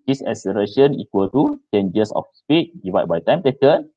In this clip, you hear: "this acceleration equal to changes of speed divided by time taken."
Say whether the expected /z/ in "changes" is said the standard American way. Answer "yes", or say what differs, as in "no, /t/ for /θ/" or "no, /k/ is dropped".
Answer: no, /s/ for /z/